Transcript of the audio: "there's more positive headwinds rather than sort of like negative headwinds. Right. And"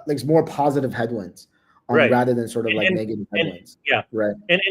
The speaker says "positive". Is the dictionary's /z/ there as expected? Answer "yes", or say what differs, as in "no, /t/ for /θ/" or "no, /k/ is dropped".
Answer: yes